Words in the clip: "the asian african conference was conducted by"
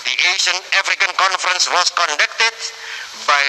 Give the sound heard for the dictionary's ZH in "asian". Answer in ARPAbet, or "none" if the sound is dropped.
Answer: SH